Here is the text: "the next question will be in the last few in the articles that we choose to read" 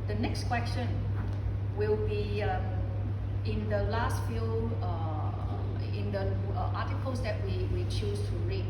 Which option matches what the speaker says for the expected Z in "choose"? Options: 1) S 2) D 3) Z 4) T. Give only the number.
1